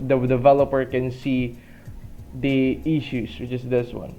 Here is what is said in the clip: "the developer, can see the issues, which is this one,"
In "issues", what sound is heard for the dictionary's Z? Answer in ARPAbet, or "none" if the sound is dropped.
S